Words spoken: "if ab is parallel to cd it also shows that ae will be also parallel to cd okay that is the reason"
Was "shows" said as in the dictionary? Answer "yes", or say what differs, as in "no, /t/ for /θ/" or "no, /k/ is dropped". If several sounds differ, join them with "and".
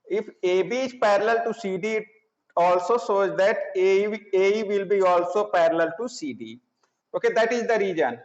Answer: no, /s/ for /ʃ/